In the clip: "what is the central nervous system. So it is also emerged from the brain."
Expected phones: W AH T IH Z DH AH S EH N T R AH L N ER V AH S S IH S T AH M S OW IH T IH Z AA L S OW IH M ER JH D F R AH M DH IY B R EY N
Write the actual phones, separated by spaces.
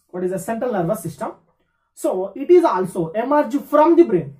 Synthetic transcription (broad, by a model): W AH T IH Z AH S EH N T R AH L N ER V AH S S IH S T AH M S OW IH T IH Z AA L S OW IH M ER JH F R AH M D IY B R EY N